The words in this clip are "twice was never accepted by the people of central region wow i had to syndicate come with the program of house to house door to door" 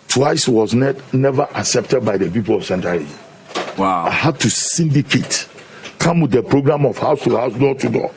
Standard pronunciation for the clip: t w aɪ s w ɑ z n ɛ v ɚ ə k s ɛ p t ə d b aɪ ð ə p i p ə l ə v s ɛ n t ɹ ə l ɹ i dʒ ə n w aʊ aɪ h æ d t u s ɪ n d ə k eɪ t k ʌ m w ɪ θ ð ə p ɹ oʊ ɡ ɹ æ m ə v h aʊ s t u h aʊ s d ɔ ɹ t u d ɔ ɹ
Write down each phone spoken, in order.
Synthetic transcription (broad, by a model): t w aɪ s w ɑ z n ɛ v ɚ ə k s ɛ p t ə d b aɪ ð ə p i p ə l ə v s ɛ n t ə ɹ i z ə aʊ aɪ h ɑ d t u s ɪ n d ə k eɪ t k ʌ m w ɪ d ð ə p ɹ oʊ ɡ ɹ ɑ m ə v h aʊ s t u h aʊ s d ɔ t u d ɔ